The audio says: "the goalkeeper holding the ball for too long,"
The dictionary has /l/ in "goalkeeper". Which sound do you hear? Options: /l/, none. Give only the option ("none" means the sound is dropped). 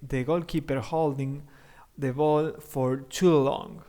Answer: /l/